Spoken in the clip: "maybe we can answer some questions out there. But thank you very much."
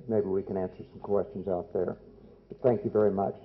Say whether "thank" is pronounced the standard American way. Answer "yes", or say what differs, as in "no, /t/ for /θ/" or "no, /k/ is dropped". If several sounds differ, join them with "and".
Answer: yes